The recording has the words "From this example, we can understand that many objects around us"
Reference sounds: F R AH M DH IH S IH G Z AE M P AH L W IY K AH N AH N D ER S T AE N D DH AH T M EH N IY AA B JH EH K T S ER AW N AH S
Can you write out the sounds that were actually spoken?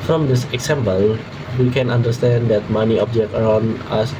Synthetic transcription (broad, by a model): F R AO M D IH S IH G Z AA M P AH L W IY K AH N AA N D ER S T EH N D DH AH T M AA N IY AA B JH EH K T ER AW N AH S